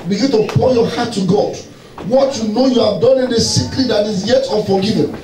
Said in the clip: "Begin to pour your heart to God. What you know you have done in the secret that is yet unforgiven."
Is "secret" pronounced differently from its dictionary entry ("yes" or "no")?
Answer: yes